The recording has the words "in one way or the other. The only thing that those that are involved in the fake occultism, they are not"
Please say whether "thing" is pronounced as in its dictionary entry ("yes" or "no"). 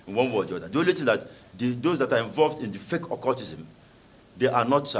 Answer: no